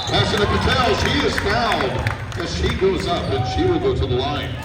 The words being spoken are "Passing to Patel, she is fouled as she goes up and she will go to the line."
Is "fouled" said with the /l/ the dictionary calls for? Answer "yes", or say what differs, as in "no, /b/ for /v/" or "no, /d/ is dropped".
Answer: no, /n/ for /l/